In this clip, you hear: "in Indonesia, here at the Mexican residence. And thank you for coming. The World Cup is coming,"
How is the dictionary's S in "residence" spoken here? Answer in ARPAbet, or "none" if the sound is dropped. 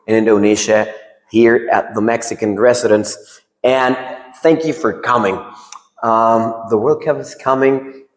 S